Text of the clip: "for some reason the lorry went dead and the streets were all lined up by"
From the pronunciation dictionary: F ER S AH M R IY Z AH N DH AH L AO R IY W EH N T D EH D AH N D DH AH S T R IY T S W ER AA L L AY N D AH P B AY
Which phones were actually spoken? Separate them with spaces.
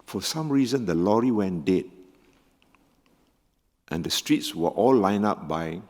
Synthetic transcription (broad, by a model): F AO S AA M R IY Z AH N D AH L AO R IY W EH N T D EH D AH N D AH S T R IY T S W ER AA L L AY N AA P B AY